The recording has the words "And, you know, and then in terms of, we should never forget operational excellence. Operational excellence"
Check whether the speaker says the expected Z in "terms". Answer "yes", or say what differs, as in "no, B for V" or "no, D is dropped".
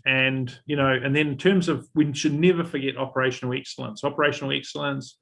yes